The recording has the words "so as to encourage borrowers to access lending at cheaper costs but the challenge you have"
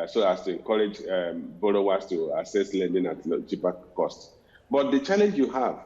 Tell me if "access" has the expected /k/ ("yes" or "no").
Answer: no